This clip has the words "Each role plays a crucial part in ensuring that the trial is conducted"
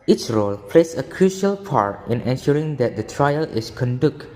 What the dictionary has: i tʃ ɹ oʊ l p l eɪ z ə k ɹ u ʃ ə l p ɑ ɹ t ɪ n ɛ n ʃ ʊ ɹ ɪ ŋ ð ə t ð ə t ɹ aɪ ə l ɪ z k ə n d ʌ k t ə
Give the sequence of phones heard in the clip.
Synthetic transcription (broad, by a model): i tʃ ɹ oʊ l p l eɪ s ə k ɹ u ʃ ə l p ɑ ɹ t ɪ n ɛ n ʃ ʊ ɹ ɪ ŋ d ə t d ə t ɹ aɪ ə l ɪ s k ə n d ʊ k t